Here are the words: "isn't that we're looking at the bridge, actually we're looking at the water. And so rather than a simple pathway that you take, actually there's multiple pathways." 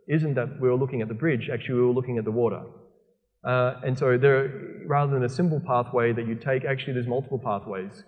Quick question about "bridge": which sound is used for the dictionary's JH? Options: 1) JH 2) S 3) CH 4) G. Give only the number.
1